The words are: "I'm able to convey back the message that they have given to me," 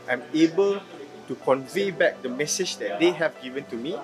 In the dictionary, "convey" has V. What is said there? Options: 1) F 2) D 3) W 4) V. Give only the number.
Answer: 4